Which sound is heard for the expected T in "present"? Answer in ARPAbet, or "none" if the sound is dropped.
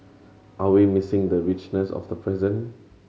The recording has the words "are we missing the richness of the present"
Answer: none